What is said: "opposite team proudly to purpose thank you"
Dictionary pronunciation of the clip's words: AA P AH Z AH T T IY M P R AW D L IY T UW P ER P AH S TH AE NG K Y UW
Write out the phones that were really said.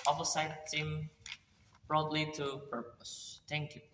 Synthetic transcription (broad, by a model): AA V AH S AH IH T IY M B R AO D L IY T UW P ER P AH S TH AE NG K Y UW